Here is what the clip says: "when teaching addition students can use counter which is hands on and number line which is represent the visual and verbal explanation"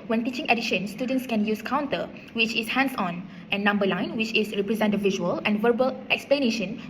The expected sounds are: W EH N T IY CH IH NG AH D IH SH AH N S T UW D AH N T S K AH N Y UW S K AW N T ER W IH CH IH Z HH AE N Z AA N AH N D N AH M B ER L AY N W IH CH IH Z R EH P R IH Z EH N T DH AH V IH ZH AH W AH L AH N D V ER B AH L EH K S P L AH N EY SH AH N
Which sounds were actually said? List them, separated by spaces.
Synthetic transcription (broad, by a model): W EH N T IY CH IH NG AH D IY SH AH N S T UW D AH N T S K AH N Y UW S K AW N T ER W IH CH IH S HH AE N S AA N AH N N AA M B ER L AY N W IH CH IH S R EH P R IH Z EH N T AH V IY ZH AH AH L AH N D V ER B AH L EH K S P L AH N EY SH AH N